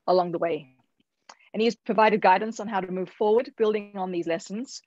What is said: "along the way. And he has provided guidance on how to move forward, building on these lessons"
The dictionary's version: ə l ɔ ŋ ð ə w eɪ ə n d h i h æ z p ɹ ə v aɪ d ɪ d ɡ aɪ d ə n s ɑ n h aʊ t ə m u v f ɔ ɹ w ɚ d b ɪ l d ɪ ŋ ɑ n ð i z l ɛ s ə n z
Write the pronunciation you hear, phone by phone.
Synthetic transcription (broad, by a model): ə l ɔ ŋ ð ə w eɪ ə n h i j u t p ɹ ə v aɪ d ɪ d ɡ aɪ d n s n h aʊ t ə m u v f ɔ ɹ w ɚ d b ɪ l d ɪ ŋ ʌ n ð i z l ɛ s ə n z